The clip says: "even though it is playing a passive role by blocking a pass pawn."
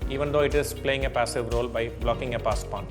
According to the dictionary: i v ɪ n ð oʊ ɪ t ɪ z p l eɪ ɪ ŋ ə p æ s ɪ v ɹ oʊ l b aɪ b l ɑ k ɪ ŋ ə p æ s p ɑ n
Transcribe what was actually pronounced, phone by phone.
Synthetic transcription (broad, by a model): i v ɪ n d oʊ ɪ t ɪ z p l eɪ ɪ ŋ ə p æ s ɪ v ɹ oʊ l b aɪ b l ɑ k ɪ ŋ ə p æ s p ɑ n